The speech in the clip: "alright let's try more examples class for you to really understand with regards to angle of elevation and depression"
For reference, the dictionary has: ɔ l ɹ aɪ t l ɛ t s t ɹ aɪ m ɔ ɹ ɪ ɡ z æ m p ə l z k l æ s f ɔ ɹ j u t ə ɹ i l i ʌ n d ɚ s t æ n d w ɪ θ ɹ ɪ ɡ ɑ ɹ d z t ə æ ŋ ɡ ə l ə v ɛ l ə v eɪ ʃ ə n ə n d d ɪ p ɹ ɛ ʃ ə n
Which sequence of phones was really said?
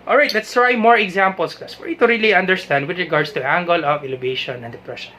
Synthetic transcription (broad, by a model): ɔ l ɹ aɪ t l ɛ t s t ɹ aɪ m ɔ ɹ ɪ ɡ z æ m p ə l s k æ s f ɔ ɹ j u t ə ɹ i l i ʌ n d ɚ s t æ n d w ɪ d ɹ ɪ ɡ ɑ ɹ d s t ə æ ŋ ɡ ə l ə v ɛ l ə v eɪ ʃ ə n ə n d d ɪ p ɹ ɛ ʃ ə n